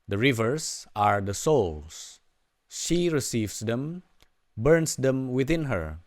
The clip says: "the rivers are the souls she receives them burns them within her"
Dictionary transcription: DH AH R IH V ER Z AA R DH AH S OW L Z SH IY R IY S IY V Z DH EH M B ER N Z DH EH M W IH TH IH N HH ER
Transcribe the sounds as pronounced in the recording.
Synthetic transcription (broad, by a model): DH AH R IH V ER S AA R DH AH S OW L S SH IY R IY S IY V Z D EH M B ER N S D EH M W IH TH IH N HH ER